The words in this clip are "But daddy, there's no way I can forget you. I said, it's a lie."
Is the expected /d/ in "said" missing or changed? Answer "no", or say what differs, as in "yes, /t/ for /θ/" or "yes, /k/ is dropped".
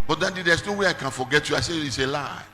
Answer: yes, /d/ is dropped